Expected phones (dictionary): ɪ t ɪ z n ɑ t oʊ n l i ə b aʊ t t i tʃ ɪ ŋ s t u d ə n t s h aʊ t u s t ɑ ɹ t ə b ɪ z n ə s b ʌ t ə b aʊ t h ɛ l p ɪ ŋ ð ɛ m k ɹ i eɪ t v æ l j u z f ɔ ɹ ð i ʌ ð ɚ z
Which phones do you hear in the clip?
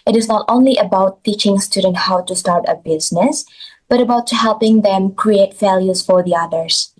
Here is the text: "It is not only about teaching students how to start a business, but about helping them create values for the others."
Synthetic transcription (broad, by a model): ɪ t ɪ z n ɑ t oʊ n l i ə b aʊ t t i tʃ ɪ ŋ s t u d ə n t h aʊ t u s t ɑ ɹ t ə b ɪ z n ə s b ʌ t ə b aʊ t h ɛ l p ɪ ŋ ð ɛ m k ɹ i eɪ t f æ l j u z f ɔ ɹ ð i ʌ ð ɚ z